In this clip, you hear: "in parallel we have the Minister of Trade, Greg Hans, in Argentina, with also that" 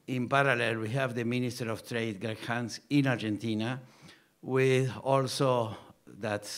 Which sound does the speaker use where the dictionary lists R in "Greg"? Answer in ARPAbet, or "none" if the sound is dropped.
none